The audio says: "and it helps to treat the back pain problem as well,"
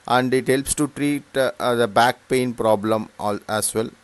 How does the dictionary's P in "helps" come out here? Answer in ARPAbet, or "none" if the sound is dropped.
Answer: P